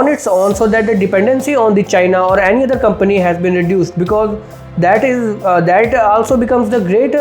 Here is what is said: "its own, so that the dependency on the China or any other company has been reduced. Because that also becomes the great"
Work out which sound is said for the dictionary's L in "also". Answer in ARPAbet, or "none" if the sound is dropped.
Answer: L